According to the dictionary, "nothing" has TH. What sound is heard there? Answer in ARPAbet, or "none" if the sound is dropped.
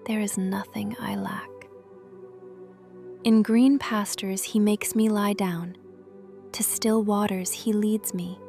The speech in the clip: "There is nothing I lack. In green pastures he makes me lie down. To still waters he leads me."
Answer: TH